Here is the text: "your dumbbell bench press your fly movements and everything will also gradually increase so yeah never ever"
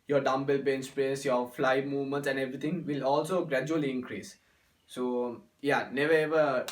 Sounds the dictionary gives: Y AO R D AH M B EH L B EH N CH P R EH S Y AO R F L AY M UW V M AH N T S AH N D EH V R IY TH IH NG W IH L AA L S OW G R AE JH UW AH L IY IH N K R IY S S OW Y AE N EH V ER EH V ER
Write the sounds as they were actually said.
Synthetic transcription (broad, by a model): Y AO R D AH M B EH L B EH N S P R EH S Y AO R F L AY M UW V M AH N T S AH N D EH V R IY T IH NG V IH L AA L S OW G R AE JH UW AH L IY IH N K R IY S S OW Y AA N EH V ER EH V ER